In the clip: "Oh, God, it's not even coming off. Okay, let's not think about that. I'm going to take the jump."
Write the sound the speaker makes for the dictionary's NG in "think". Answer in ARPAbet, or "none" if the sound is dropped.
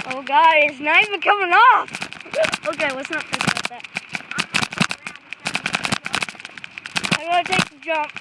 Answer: none